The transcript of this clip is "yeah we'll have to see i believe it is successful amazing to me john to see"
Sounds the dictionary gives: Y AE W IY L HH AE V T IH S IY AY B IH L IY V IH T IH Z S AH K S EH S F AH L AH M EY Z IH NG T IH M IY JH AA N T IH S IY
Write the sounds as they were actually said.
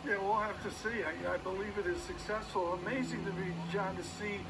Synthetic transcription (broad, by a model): Y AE W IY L HH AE F T IH S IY AY B IH L IY V IH T IH Z S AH K S EH S F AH L AH M EY Z IH NG T IH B IY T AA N T IH S IY